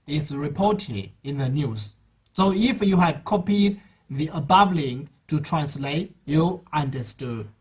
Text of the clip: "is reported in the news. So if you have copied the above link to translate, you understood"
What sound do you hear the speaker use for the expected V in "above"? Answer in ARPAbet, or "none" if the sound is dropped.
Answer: B